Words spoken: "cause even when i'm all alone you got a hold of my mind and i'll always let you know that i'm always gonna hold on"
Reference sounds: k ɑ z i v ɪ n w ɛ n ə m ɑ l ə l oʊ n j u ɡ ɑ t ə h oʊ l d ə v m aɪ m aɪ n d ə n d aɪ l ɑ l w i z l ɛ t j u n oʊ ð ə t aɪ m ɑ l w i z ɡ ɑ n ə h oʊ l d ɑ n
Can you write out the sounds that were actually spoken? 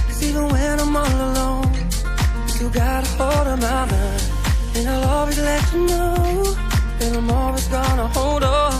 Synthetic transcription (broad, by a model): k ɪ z i v ɪ n w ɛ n ə m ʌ n ə l oʊ n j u ɡ ɑ t ə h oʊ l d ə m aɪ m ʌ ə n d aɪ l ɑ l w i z l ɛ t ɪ n oʊ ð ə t aɪ m ɑ l w i z ɡ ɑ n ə h oʊ l d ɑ